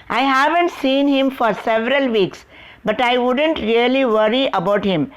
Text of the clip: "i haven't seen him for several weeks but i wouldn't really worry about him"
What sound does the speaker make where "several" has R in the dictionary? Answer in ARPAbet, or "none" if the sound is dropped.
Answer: R